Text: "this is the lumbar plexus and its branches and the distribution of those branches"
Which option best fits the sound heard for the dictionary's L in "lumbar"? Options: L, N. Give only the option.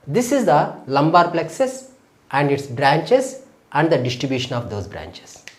L